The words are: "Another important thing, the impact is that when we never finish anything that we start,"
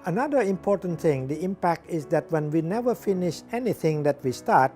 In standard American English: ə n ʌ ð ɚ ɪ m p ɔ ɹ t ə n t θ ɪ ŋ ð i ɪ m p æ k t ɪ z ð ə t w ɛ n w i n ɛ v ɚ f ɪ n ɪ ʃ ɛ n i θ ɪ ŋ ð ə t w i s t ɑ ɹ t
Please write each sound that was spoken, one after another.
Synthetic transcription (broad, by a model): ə n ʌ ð ɚ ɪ m p ɔ ɹ t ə n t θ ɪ ŋ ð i ɪ m p æ k t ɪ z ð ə t w ɛ n w i n ɛ v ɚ f ɪ n ɪ ʃ ɛ n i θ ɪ ŋ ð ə t w i s t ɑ ɹ t